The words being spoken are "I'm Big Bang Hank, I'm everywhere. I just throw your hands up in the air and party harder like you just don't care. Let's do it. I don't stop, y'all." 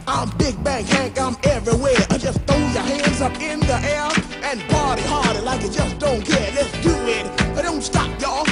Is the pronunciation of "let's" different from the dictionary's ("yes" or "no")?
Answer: no